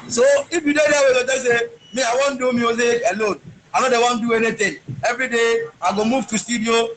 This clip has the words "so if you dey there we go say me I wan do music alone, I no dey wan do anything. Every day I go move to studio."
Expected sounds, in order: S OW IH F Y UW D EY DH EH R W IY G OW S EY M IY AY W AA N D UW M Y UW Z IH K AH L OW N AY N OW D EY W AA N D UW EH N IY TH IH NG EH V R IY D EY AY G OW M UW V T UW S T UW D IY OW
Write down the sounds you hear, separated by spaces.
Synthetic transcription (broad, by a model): S OW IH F Y UW D EY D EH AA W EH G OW S EY M IY AY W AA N D UW M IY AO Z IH AH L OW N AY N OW D EY W AA N D UW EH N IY T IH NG EH V R IY D EY AY G OW M UW V T UW S T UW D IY OW